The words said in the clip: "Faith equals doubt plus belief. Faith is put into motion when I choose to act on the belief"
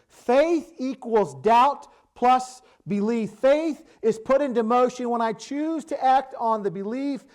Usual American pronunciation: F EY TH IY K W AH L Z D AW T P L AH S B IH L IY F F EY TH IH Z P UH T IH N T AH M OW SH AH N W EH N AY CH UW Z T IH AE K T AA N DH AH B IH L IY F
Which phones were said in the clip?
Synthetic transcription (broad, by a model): F EY TH IY K W AH L Z D AW T P L AH S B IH L IY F F EY TH IH Z P UH T IH N T AH M OW SH AH N W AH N AY CH UW Z T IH AE K T N DH AH B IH L IY F